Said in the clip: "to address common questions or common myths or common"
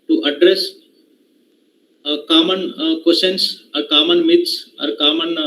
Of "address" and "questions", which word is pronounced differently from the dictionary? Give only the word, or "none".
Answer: questions